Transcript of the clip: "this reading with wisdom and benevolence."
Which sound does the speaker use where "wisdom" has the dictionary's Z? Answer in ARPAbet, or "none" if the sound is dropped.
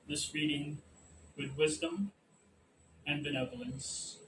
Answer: Z